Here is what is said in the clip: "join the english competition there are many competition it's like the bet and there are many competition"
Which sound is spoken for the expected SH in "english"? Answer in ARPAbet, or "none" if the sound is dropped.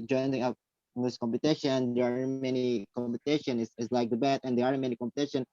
S